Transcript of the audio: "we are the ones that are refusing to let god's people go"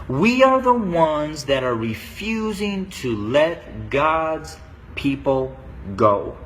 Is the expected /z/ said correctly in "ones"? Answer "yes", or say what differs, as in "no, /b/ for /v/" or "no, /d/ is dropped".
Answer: yes